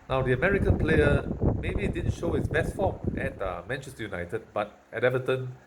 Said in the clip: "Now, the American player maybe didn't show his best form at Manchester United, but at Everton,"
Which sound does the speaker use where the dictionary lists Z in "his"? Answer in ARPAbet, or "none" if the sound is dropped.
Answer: S